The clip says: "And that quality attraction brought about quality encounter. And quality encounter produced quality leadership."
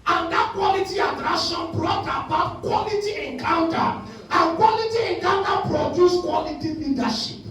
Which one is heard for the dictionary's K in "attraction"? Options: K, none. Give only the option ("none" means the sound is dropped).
none